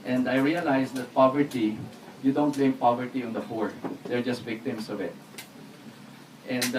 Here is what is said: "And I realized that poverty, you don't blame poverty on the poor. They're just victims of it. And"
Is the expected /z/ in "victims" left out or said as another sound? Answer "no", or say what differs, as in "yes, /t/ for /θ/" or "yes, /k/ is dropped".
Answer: yes, /s/ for /z/